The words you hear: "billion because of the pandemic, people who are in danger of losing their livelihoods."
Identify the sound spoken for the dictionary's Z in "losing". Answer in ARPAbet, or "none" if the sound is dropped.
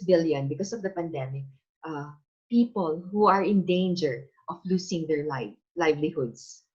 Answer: S